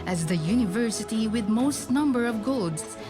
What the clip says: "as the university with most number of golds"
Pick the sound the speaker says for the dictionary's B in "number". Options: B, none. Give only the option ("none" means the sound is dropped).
B